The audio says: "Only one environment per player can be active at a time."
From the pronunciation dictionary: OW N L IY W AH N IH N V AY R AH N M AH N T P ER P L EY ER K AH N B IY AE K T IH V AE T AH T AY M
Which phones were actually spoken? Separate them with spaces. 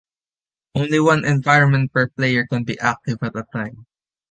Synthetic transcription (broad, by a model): OW N L IY W AH N IH N V AY R AH N M AH N T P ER P L EY ER K AH N B IY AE K T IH V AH T AH T AY M